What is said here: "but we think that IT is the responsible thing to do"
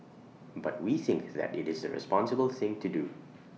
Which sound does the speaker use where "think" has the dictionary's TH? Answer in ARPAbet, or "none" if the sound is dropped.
TH